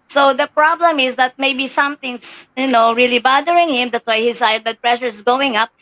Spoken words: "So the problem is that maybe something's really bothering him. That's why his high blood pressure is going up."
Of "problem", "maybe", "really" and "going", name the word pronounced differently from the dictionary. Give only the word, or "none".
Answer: none